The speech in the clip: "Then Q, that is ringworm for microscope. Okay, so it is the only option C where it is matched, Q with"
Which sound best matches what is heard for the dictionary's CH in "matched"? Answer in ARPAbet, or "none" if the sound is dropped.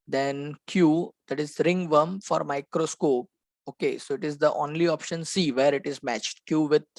CH